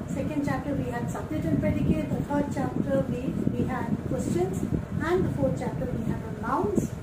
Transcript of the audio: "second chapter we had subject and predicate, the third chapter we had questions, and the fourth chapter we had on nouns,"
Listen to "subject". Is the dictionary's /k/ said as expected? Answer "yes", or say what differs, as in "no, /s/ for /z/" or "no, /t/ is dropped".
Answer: no, /k/ is dropped